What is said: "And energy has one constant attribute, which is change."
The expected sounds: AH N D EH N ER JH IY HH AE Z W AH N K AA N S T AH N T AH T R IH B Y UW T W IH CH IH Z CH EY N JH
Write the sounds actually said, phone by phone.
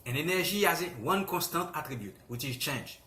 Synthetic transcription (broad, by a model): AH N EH N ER ZH IY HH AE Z W AH N K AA S T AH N T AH T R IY B Y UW T W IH CH IH Z CH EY N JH